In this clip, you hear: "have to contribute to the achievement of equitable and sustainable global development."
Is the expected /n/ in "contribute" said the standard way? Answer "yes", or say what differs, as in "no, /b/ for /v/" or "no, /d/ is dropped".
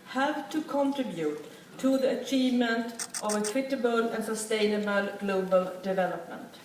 yes